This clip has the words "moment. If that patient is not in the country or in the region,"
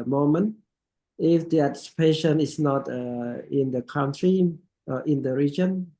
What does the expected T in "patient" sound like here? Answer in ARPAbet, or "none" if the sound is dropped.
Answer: none